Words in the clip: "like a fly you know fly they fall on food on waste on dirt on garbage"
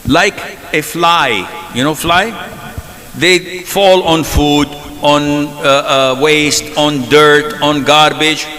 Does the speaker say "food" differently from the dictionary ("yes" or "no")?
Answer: no